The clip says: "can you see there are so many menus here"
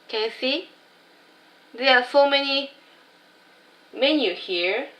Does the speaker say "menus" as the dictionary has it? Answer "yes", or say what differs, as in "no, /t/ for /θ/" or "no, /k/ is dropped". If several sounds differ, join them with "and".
no, /z/ is dropped